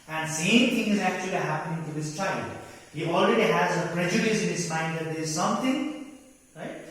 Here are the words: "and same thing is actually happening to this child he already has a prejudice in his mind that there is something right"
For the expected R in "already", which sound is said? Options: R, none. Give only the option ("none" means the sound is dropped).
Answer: R